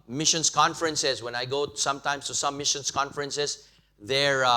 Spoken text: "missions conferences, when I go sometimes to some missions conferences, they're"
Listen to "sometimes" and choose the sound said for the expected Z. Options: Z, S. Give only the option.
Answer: S